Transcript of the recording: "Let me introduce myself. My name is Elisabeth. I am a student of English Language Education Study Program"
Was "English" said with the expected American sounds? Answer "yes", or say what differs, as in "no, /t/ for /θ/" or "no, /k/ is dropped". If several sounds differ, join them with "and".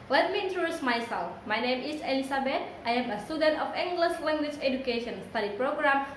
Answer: no, /s/ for /ʃ/